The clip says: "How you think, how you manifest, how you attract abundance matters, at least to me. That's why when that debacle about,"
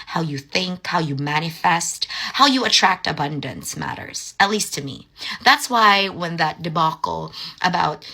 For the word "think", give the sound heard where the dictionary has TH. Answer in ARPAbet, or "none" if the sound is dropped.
TH